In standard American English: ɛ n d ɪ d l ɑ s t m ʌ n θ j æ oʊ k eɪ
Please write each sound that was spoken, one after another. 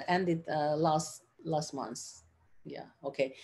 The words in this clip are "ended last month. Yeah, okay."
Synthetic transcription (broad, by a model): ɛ n d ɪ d l ɑ s t m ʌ n s j æ oʊ k eɪ